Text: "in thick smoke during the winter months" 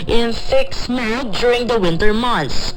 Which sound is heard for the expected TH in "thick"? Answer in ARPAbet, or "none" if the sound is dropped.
F